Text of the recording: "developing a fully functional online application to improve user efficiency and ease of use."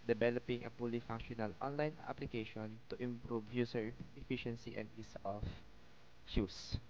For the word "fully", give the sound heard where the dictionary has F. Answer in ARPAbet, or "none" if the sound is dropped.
P